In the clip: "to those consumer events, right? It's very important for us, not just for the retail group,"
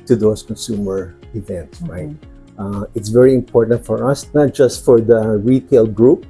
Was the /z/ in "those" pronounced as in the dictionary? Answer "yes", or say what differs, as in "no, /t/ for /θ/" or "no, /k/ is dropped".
no, /s/ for /z/